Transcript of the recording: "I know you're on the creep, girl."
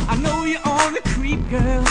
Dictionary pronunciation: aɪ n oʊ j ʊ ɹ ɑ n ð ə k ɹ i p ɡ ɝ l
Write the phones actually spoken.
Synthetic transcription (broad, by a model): aɪ n oʊ j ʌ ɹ ɑ l ð ə k ɹ i p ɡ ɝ l